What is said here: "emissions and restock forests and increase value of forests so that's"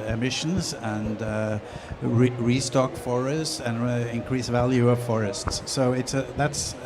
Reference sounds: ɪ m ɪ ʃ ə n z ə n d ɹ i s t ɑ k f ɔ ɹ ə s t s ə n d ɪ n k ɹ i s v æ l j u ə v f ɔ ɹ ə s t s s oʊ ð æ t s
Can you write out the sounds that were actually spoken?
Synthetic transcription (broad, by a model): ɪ m ɪ ʃ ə n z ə n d ɹ i s t ɑ k f ɔ ɹ ə s t s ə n ɪ n k ɹ i s v æ l j u ə v f ɔ ɹ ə s t s s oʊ ð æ t s